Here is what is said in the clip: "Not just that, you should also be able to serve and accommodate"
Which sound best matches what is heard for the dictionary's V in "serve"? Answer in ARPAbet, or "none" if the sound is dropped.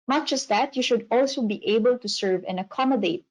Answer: V